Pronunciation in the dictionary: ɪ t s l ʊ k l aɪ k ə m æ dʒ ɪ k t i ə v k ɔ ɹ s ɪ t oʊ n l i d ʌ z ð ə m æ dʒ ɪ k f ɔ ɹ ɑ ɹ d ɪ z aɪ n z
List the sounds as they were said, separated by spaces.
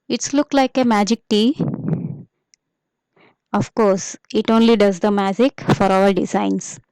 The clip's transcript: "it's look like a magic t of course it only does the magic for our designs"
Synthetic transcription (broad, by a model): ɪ t s l ʊ k l aɪ k ə m æ dʒ ɪ k t i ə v k ɔ ɹ s ɪ t oʊ n l i d ʌ z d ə m æ dʒ ɪ k f ɔ ɹ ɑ l d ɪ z aɪ n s